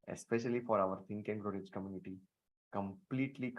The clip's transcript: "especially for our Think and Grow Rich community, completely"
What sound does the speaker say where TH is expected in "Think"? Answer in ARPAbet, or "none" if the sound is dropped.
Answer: T